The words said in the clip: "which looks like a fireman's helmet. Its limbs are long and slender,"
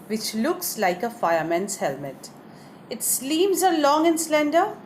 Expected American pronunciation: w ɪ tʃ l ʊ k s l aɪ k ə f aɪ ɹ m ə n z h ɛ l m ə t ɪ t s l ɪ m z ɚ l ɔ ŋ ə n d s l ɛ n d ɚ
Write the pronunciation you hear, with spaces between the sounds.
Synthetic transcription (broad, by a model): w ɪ tʃ l ʊ k s l aɪ k ə f aɪ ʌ m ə n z h ɛ l m ə t ɪ t s l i m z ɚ l ɔ ŋ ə n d s l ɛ n d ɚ